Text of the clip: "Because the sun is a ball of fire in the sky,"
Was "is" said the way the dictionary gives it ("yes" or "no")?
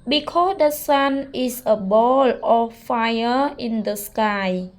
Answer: no